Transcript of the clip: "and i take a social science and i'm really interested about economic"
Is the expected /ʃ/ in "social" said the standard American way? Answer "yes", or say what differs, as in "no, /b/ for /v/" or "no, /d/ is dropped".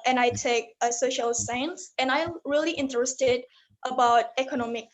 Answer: yes